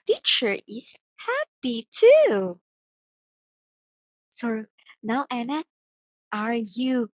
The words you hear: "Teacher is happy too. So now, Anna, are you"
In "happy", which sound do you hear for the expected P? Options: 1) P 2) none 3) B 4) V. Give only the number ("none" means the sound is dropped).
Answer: 1